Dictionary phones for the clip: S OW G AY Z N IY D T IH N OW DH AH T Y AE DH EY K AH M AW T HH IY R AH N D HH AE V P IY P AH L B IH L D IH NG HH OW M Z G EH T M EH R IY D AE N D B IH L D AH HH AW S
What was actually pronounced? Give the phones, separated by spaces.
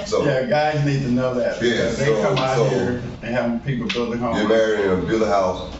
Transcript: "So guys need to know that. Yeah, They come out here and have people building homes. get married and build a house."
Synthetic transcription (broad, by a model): S OW G AY Z N IY D T IH N OW DH AH T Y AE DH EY K AH M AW HH IY R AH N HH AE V P IY P L B IH L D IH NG HH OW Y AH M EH R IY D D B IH L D AH HH AW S